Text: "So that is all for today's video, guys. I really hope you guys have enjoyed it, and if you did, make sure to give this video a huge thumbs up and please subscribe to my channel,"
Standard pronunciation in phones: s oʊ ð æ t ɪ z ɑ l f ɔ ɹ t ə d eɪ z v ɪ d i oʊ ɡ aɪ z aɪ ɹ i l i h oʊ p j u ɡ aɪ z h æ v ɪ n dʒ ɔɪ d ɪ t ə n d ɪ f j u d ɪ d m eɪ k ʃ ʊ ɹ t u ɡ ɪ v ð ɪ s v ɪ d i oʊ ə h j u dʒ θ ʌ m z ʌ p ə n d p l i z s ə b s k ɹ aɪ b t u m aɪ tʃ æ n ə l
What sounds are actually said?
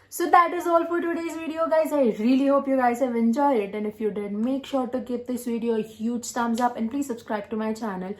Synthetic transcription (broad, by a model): s oʊ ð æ t ɪ z ɑ l f ɔ ɹ t ə d eɪ z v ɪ d i oʊ ɡ aɪ z aɪ ɹ i l i h oʊ p j u ɡ aɪ z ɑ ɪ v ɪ n dʒ ɔɪ ɪ t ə n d ɪ f j u d ɪ d m eɪ k ʃ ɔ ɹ t u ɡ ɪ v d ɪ s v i d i oʊ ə h j u dʒ t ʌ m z ʌ p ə n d p l i z s ə b s k ɹ aɪ b t u m aɪ tʃ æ n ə l